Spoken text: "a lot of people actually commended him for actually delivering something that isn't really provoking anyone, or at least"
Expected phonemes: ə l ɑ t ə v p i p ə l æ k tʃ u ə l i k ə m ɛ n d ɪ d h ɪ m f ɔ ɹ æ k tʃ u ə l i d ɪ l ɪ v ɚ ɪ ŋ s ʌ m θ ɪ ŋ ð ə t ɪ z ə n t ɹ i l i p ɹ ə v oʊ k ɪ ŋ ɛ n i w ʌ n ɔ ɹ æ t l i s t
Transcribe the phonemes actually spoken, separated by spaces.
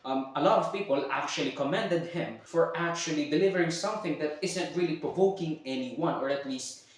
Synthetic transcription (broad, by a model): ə l ɑ t ə v p i p ə l æ k tʃ u ə l i k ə m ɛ n d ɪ d h ɪ m f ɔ ɹ æ k tʃ u ə l i d ɪ l ɪ v ɚ ɪ ŋ s ʌ m θ ɪ ŋ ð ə t ɪ z ə n t ɹ i l i p ɹ ə v oʊ k ɪ ŋ ɛ n i w ʌ n ɔ ɹ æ t l i s t